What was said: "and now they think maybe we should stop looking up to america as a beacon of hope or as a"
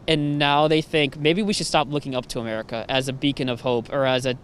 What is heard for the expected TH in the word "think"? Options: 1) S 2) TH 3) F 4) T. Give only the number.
2